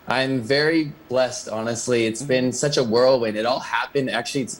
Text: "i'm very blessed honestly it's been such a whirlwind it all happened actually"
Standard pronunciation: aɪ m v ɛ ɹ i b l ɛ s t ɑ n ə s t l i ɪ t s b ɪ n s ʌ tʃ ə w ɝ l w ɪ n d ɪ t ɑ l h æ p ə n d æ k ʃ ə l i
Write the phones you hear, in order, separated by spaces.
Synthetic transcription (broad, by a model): aɪ m v ɛ ɹ i b l ɛ s t ɑ n ə s t l i ɪ t s b ɪ n s ʌ tʃ ə w ɝ l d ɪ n ɪ t ɑ l h æ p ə n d æ k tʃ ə l i